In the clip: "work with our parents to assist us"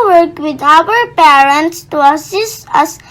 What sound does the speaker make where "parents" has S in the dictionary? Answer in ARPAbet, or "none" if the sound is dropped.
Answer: S